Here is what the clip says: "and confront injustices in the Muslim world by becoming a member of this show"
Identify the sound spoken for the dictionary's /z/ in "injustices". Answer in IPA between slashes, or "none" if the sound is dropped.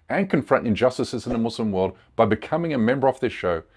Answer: /z/